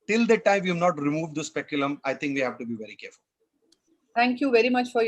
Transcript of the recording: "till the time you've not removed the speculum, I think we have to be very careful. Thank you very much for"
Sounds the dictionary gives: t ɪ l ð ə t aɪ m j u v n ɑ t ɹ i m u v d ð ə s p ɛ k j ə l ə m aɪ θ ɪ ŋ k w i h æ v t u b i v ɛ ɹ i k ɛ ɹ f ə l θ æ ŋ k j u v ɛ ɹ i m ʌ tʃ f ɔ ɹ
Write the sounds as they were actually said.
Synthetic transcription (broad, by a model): t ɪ l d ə t aɪ m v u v n ɑ t ɹ i m u v d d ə s p ɛ k j ə l ə m aɪ t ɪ ŋ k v i h æ v t u b i v ɛ ɹ i k ɛ ɹ f ə l t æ ŋ k j u v ɛ ɹ i m ʌ tʃ f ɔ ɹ